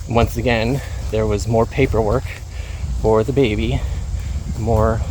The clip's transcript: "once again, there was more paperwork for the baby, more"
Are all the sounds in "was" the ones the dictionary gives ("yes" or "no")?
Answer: yes